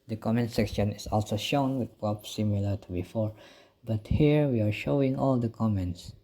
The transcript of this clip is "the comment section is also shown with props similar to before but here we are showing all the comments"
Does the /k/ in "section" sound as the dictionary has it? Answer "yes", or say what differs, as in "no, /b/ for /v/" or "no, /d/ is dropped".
yes